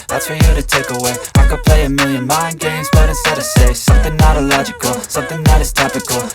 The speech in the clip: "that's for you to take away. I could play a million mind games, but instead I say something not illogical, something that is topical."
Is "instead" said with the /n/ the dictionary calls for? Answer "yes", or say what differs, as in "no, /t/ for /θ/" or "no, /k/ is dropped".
no, /n/ is dropped